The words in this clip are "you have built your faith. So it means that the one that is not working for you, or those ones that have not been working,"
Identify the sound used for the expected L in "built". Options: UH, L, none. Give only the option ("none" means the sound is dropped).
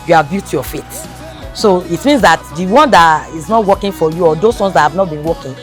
none